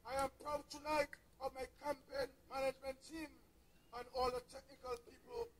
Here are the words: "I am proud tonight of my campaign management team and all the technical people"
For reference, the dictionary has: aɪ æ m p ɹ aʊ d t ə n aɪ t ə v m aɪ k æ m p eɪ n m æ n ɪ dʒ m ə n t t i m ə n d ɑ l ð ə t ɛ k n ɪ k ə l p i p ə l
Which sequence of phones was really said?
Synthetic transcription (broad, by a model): aɪ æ m p ɹ aʊ d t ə l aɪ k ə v m aɪ k æ m p eɪ n m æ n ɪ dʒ m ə n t t i m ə n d ɑ l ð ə t ɛ k n ɪ k ə l p i p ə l